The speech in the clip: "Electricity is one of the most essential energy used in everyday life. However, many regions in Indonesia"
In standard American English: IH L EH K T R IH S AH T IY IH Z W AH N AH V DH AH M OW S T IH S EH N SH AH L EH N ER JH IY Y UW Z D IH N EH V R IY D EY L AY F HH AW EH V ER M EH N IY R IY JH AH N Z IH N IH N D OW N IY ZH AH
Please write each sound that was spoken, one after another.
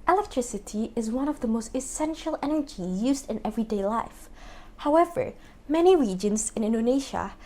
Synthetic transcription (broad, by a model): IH L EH K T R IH S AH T IY IH Z W AH N AH V DH AH M OW S T IH S EH N SH AH L EH N ER JH IY Y UW Z D IH N EH V R IY D EY L AY F HH AW EH V ER M EH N IY R IY JH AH N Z IH N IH N D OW N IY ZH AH